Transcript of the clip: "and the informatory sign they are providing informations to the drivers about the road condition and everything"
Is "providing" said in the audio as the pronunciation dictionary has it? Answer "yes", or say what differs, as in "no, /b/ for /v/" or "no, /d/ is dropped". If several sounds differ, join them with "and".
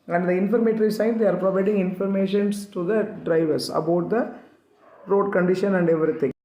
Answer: yes